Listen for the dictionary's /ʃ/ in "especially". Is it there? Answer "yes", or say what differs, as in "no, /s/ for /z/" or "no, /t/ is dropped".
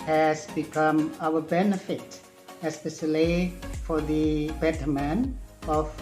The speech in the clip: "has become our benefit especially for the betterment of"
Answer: no, /s/ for /ʃ/